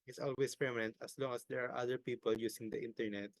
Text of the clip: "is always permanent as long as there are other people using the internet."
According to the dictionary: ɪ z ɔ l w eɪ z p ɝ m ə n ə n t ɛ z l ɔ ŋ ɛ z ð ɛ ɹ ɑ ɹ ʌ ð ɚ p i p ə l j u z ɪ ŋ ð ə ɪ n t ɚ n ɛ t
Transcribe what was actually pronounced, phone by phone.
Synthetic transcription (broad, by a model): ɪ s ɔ l w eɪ s p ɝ m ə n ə n t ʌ s l ɔ ŋ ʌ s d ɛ ɹ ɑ ɹ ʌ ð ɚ p i p ə l j u s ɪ ŋ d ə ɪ n t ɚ n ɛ t